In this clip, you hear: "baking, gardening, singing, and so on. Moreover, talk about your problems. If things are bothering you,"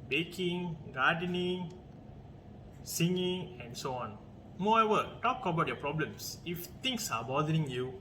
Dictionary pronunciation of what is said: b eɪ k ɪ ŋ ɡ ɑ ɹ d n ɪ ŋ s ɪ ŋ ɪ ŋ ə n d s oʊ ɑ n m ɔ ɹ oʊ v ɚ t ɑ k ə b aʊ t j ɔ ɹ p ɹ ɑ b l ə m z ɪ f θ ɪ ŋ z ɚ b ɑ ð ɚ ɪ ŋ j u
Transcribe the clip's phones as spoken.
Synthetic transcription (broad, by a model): b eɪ k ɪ ŋ ɡ ɑ d n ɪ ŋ s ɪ ŋ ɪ ŋ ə n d s oʊ ɑ n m ɔ ɛ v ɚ t ɑ k ə b aʊ t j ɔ p ɹ ɑ b l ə m s ɪ f t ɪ ŋ s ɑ b ɑ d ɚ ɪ ŋ j u